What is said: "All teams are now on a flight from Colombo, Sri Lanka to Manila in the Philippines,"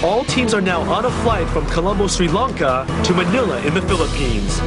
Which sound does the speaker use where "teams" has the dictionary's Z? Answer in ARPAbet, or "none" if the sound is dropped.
Z